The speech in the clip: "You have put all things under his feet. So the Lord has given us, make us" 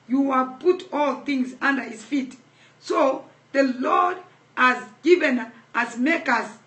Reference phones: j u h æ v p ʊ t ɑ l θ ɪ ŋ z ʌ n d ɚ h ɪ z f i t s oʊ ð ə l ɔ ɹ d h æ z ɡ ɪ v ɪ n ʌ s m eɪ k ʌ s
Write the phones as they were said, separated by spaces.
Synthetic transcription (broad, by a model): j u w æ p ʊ t ɑ l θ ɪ ŋ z ʌ n d ɚ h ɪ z f i t s oʊ ð ə l ɔ ɹ d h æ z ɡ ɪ v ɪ n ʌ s m eɪ k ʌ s